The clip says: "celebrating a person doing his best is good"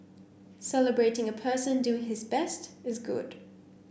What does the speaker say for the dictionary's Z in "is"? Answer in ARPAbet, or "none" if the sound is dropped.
Z